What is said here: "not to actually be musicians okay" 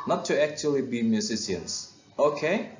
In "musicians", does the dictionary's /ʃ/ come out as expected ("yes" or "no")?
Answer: no